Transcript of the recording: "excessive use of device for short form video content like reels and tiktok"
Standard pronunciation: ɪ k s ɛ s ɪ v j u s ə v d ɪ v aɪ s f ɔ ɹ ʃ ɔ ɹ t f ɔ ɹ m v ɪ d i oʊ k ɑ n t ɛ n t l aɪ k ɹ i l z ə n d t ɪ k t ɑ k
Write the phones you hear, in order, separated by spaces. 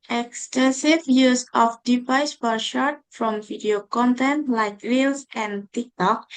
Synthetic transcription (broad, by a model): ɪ k s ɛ s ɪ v j u s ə f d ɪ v aɪ s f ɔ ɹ ʃ ɔ ɹ t f ɔ m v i d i oʊ k ɑ n t ɛ n t l aɪ k ɹ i l s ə n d t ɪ k t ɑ k